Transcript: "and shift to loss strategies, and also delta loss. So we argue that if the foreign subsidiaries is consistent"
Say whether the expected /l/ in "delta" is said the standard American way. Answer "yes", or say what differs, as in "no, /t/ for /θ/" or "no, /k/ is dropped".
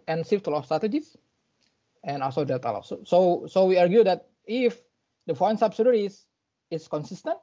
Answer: no, /l/ is dropped